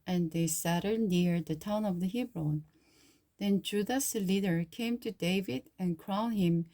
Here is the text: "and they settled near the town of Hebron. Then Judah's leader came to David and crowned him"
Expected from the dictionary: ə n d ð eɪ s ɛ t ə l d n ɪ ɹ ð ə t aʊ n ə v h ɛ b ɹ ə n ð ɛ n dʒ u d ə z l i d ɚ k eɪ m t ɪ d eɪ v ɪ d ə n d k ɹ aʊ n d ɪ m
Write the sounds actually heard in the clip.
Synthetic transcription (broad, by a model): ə n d ð eɪ s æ t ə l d n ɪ ɹ ð ə t aʊ n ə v h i b ɹ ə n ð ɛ n dʒ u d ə s l i d ɚ k eɪ m t ɪ d eɪ v ɪ d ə n k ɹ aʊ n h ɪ m